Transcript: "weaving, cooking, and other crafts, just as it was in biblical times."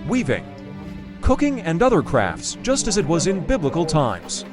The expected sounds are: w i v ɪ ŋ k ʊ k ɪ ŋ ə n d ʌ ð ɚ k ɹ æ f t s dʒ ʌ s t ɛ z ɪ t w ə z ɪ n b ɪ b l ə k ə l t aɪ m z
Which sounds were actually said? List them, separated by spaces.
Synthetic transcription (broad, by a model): w i v ɪ ŋ k ʊ k ɪ ŋ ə n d ʌ ð ɚ k ɹ æ f t s dʒ ʌ s t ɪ z ɪ t w ə z ɪ n b ɪ b l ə k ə l t aɪ m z